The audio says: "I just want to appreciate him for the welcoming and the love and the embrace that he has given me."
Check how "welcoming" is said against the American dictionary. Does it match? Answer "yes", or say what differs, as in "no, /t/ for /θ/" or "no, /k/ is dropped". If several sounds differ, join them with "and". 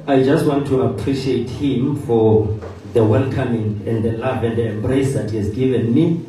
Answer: no, /n/ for /l/